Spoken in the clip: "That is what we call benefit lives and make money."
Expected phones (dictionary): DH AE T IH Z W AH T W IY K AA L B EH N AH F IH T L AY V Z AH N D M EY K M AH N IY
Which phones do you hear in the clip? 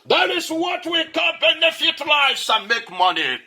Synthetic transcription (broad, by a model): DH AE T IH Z W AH T W IY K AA N B EH N AH F IH T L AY Z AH M EY K M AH N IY